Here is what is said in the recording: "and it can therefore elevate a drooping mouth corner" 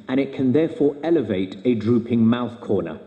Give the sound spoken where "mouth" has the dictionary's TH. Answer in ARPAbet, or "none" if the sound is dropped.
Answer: TH